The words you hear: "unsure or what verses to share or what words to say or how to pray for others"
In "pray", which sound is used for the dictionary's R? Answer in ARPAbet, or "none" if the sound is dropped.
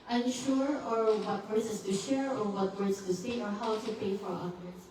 none